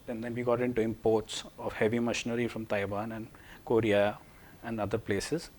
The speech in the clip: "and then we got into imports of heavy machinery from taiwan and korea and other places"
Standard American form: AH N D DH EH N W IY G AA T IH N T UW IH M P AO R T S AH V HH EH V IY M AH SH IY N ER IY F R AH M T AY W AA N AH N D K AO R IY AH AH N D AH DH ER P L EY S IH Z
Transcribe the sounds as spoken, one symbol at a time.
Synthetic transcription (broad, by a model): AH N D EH N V IY G AA T IH N T UW IH M P AO R T S AH V HH EH V IY M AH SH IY N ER IY F R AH M T AY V AA N AH N D K AO R IY AH AH N D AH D ER P L EY S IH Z